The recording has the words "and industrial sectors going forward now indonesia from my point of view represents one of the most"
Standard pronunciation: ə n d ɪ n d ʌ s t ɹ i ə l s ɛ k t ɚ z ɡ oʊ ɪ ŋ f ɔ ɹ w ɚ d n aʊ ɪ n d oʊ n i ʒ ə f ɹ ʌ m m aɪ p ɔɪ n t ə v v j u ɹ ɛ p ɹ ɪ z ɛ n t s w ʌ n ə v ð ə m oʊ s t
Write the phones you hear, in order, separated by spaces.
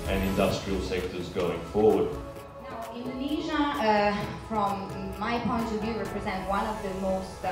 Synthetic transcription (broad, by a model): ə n ɪ n d ʌ s t ɹ i ə l s ɛ k t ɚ z ɡ oʊ ɪ ŋ f ɔ ɹ w ɚ d n aʊ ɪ n d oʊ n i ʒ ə f ɹ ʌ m m aɪ p ɔɪ n t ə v v j u ɹ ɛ p ɹ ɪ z ɛ n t w ʌ n ə v ð ə m oʊ s t